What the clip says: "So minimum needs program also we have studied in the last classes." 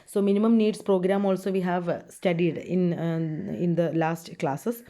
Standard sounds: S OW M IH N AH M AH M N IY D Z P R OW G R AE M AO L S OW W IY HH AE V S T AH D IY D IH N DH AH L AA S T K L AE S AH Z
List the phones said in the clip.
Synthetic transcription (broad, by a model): S OW M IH N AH M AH M N IY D S P R OW G R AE M AO L S OW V IY HH AE V S T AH D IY D IH N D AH L AA S T K L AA S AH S